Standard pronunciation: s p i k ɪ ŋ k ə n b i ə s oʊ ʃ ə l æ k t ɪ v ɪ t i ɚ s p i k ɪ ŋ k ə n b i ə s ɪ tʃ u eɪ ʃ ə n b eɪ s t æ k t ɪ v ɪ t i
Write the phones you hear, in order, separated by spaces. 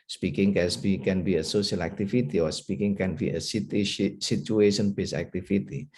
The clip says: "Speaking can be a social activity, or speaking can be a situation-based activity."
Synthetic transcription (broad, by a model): s p i k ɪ ŋ k ə n b i ə s oʊ ʃ ə l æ k t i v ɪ t i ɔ s p i k ɪ ŋ k ə n b i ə s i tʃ u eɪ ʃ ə n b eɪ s æ k t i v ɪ t i